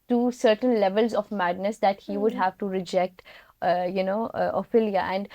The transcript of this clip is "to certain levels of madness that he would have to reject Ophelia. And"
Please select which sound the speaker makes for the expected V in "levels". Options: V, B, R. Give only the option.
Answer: V